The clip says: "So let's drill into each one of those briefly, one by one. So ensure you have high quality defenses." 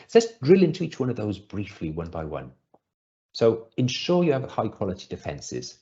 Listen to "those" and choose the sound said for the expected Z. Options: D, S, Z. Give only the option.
Z